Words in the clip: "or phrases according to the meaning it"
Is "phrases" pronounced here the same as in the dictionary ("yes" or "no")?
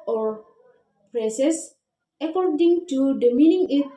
no